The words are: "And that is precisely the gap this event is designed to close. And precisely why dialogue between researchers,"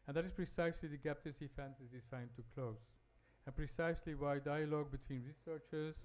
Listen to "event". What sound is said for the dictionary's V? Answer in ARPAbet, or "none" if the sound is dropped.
F